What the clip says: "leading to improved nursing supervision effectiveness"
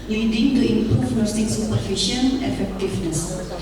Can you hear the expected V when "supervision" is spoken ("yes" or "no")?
no